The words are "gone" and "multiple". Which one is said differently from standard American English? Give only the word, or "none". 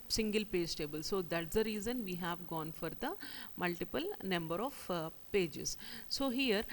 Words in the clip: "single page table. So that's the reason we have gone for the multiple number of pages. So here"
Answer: none